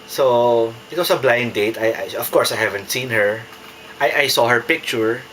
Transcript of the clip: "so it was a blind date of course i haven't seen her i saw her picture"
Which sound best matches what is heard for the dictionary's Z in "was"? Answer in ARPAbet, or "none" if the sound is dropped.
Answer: S